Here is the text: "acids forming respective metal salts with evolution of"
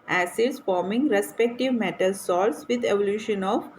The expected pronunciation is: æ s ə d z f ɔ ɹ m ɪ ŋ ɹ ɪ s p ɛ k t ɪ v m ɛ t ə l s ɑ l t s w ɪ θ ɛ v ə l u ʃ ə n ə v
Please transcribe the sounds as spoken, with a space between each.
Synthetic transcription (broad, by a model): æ s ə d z f ɔ ɹ m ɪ ŋ ɹ ɪ s p ɛ k t ɪ v m ɛ t ə l s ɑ t s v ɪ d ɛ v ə l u ʃ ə n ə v